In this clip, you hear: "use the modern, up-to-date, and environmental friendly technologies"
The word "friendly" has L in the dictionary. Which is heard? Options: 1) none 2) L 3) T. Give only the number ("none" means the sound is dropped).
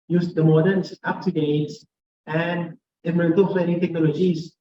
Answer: 1